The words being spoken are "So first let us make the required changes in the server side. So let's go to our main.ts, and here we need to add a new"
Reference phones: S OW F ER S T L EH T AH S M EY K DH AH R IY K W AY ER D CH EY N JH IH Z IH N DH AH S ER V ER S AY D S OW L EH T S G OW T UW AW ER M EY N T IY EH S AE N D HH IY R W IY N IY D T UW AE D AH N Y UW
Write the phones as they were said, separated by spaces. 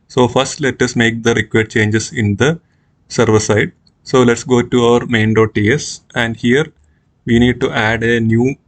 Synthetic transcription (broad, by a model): S OW F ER S T L EH T AH S M EY K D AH R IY K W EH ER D CH EY N JH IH S IH N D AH S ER V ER S AY D S OW L EH T S G OW T UW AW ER M EY N T IY EH S AE N D HH IY R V IY N IY D T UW AE D AH N Y UW